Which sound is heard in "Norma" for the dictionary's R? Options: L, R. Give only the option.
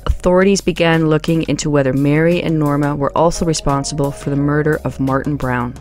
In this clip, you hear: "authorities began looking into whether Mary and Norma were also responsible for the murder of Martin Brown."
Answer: R